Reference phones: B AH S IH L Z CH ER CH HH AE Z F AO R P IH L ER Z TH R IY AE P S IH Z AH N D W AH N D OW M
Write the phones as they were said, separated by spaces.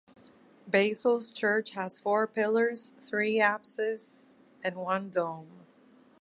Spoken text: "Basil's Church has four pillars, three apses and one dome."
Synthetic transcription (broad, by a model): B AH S L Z CH ER CH HH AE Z F AO R P IH L ER Z TH R IY AE P S IH Z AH N W AH N D OW M